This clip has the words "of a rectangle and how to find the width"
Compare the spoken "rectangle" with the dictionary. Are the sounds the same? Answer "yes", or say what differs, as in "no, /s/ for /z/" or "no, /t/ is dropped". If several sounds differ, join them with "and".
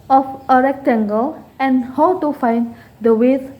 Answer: yes